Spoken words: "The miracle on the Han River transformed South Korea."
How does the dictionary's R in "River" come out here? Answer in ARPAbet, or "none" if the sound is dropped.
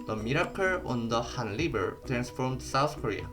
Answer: L